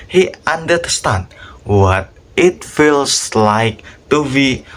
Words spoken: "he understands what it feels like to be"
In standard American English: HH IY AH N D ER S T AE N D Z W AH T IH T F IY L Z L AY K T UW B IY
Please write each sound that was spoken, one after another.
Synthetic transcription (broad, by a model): HH IY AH N D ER S T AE N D W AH T IH T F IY L S L AY K T UW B IY